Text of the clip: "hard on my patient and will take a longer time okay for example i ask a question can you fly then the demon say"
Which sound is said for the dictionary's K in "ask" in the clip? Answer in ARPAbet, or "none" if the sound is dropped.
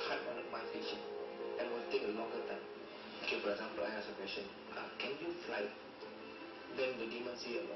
none